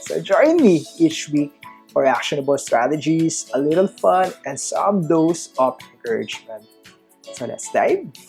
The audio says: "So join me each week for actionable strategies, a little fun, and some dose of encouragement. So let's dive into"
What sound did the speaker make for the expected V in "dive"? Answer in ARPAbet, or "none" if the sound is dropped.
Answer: none